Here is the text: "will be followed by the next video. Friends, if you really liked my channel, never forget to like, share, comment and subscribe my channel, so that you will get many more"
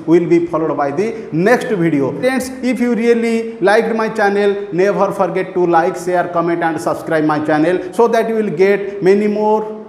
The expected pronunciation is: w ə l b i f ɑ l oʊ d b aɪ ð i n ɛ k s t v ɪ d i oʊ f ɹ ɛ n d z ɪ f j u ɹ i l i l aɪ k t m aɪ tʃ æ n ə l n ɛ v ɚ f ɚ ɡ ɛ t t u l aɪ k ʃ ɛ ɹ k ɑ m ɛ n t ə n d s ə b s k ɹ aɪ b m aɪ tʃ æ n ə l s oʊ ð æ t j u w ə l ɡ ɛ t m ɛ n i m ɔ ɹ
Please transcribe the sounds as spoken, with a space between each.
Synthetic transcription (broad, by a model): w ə l b i p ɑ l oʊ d b aɪ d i n ɛ k s t b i d i oʊ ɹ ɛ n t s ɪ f j u ɹ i l i l aɪ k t m aɪ tʃ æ n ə l n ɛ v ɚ p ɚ ɡ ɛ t t u l aɪ k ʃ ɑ ɹ k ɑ m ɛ n t ə n d s ə b s k ɹ aɪ b m aɪ tʃ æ n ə l s oʊ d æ t j u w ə l ɡ ɛ t m ɛ n i m ɔ ɹ